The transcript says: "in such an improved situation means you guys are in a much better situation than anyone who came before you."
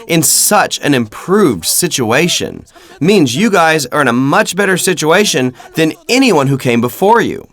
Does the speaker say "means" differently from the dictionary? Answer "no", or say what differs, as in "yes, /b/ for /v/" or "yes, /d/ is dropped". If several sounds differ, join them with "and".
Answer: no